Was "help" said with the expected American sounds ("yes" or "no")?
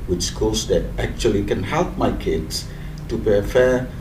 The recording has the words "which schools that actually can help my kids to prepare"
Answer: yes